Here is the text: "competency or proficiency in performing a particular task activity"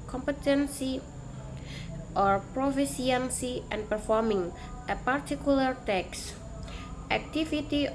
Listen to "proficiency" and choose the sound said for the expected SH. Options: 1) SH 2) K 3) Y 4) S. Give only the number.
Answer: 4